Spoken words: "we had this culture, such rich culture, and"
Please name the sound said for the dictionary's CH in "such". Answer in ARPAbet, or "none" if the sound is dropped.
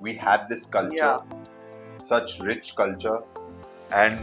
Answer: CH